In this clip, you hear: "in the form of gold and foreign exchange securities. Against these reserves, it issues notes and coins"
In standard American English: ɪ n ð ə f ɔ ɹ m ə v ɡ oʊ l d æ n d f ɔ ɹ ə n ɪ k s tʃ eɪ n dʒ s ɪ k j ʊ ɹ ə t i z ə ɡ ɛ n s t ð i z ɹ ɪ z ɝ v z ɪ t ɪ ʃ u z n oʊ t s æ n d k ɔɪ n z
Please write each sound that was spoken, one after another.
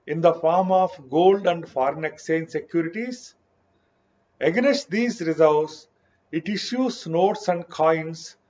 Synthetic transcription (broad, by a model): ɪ n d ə f ɔ ɹ m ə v ɡ oʊ l d æ n d f ɔ ɹ ə n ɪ k s eɪ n s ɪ k j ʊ ɹ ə t i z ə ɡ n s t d i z ɹ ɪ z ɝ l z ɪ t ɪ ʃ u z n oʊ t s æ n d k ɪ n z